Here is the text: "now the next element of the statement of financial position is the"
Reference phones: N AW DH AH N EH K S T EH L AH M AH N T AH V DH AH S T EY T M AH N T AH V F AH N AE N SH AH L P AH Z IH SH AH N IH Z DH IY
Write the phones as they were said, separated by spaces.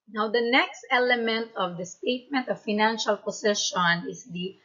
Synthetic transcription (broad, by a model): N AW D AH N EH K S T EH L AH M AH N T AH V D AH S T EY T M AH N T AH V F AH N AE N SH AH L P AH S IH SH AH N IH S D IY